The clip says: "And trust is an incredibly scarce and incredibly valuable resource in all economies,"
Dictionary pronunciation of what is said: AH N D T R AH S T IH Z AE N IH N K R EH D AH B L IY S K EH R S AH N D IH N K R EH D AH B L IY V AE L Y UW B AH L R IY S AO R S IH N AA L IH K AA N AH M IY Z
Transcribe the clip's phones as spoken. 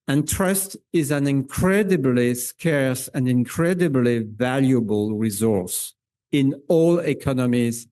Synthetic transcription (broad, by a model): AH N T R AH S T IH Z AE N IH N K R EH D AH B L IY S K EH R S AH N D IH N K R EH D AH B L IY V AE L Y UW B AH L R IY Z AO R S IH N AA L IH K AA N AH M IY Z